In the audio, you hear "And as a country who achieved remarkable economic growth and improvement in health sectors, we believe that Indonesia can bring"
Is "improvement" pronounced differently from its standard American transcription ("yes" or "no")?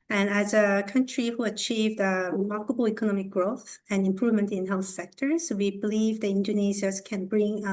no